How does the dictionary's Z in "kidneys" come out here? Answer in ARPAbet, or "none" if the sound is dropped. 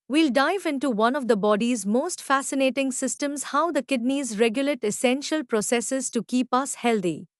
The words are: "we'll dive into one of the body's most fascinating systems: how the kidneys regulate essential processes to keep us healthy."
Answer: Z